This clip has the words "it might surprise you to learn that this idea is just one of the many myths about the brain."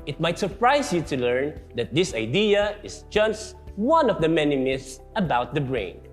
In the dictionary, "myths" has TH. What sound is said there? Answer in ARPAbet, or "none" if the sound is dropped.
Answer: S